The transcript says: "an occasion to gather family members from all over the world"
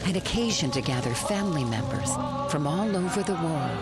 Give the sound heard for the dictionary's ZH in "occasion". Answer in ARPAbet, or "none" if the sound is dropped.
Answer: ZH